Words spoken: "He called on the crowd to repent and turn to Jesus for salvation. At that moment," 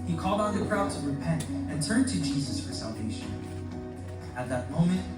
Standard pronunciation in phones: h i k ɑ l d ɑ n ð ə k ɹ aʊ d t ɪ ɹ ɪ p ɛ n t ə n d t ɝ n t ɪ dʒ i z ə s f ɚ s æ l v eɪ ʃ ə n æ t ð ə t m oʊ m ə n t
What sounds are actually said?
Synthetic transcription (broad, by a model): h i k ɑ l d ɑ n ð ə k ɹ aʊ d t ɪ ɹ ɪ p ɛ n t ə n t ɝ n t ɪ dʒ i z ə s f ɚ s æ l v eɪ ʃ ə n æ t ð ə t m oʊ m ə n t